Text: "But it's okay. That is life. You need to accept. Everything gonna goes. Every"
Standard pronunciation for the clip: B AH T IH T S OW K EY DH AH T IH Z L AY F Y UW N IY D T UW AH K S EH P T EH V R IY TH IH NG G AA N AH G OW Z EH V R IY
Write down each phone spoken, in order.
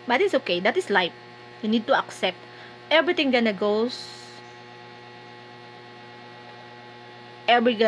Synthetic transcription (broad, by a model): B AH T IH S OW K EY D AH T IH S L AY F Y UW N IY D T UW AH K S EH P T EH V R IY T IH NG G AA N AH G OW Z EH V R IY